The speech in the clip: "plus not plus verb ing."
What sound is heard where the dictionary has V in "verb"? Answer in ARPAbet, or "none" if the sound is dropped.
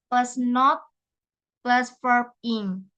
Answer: F